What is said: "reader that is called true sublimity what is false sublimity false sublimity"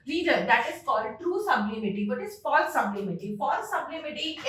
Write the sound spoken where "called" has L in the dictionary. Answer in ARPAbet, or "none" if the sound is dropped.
none